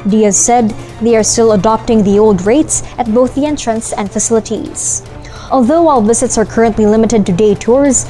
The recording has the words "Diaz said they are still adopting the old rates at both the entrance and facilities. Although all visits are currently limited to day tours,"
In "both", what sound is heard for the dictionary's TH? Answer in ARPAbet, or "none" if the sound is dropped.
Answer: TH